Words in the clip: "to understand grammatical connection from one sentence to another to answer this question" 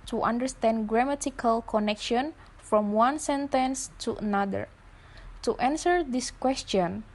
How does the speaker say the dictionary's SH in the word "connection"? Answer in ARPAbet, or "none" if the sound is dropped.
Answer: SH